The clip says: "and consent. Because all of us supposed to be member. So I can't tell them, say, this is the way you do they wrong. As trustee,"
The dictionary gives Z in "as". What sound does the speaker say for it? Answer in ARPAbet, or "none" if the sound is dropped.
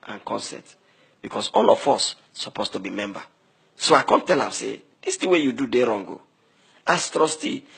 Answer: S